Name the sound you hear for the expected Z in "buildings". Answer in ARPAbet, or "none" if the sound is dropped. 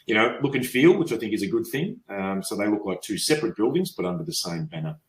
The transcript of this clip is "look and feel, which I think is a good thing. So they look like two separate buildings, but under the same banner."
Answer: Z